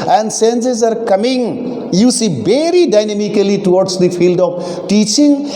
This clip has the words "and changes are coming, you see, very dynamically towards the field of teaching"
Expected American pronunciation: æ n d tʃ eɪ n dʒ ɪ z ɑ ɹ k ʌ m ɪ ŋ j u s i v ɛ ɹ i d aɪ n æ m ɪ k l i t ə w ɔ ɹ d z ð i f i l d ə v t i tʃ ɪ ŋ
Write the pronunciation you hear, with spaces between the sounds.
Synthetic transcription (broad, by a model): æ n d s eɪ n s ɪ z ɑ ɹ k ʌ m ɪ ŋ j u s i v ɛ ɹ i d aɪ n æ m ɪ k l i t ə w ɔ ɹ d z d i f i l d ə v t i tʃ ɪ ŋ